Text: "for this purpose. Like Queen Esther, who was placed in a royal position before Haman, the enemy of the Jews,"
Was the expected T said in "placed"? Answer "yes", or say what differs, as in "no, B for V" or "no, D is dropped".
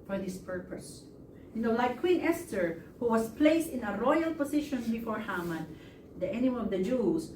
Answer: yes